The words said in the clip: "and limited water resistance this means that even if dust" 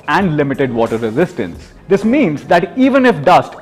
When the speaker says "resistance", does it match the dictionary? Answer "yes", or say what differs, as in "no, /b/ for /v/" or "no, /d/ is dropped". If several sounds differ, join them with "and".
yes